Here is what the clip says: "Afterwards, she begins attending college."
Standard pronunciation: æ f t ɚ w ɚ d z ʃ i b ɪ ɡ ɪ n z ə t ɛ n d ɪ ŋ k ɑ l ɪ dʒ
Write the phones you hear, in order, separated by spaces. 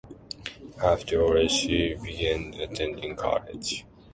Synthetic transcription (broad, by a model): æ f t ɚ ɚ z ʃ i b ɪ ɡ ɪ n ə t ɛ n d ɪ ŋ k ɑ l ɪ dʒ